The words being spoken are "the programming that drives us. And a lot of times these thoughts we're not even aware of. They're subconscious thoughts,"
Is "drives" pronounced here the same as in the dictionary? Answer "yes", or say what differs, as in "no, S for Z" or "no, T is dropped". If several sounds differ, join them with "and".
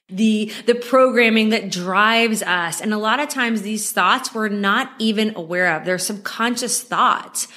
yes